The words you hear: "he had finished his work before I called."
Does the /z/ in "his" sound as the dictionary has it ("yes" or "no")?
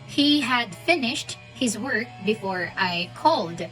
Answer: yes